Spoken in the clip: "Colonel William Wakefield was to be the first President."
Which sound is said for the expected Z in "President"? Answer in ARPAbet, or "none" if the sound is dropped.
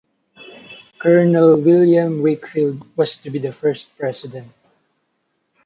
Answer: S